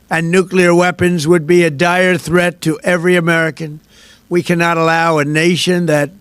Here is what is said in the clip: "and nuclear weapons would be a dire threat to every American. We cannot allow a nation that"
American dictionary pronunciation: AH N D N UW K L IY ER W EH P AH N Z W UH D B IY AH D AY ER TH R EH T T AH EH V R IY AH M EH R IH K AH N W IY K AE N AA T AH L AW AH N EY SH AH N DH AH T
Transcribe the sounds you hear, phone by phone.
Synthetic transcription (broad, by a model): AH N N UW K L IY ER W EH P AH N Z W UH D B IY AH D AY ER TH R EH T T EH V R IY AH M EH R IH K AH N W IY K AE N AA T AH L AW AH N EY SH AH N DH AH T